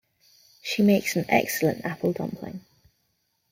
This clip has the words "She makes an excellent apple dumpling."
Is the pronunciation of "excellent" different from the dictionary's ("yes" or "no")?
no